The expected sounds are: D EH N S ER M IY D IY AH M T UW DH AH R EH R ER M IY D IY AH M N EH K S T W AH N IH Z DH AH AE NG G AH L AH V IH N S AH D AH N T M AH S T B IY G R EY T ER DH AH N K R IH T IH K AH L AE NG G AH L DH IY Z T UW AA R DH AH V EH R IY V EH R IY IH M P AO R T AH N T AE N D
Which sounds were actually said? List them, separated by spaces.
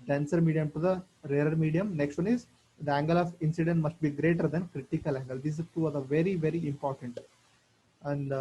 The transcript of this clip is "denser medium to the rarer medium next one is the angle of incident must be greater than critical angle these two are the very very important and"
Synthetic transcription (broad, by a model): D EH N S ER M IY D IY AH M T UW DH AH R EH R ER M IY D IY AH M N EH K S T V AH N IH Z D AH AE NG G AH L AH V IH N S AH D AH N T M AH S T B IY G R EY T ER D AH N K R IH T IH K AH L AE NG G AH L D IY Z T UW AA R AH V EH R IY V EH R IY IH M P AO R T AH N T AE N D